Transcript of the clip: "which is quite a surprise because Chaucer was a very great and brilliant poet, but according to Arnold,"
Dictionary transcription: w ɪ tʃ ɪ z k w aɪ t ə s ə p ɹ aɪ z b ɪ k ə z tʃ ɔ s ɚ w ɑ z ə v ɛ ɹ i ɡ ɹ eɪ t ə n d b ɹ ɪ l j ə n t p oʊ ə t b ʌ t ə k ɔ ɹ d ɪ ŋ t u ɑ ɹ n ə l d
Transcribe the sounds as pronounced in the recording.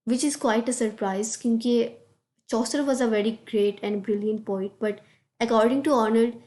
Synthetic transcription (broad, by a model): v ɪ tʃ ɪ z k w aɪ t ə s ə p ɹ aɪ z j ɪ k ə tʃ ɔ s ɚ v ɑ z ə v ɛ ɹ i ɡ ɹ eɪ t ə n d b ɹ ɪ l j ə n t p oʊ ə t b ʌ t ə k ɔ ɹ d ɪ ŋ t u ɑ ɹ n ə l d